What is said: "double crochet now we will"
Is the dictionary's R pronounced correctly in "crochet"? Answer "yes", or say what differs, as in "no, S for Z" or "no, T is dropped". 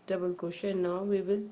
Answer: no, R is dropped